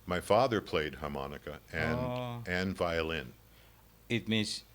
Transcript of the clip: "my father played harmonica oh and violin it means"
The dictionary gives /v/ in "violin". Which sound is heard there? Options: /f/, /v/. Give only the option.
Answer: /v/